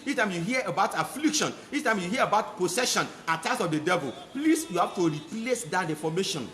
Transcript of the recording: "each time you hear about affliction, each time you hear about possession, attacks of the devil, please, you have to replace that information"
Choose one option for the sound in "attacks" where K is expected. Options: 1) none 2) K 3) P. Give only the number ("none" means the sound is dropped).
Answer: 1